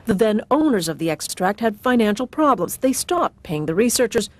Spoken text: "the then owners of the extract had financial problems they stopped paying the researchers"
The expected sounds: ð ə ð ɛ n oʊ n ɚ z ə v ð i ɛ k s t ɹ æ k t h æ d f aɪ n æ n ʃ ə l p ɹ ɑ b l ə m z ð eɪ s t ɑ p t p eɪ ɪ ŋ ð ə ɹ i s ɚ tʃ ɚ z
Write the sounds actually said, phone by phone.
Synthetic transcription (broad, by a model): ð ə ð ɛ n oʊ n ɚ z ə v ð i ɛ k s t ɹ æ k t h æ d f aɪ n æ n ʃ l p ɹ ɑ b l ə m z ð eɪ s t ɑ p t p eɪ ɪ ŋ ð ə ɹ i s ɚ tʃ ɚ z